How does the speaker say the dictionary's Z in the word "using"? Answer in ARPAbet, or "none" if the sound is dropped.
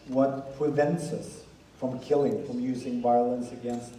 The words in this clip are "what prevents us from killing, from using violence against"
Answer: Z